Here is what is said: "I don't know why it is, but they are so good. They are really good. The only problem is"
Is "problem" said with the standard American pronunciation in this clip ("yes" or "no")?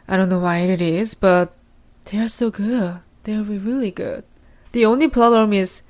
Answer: no